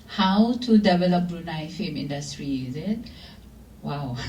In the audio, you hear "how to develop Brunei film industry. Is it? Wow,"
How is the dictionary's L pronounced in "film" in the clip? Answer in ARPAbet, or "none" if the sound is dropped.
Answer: none